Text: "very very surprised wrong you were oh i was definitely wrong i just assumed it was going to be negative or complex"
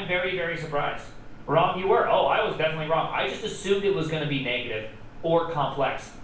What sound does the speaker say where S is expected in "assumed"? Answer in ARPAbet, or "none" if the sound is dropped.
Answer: S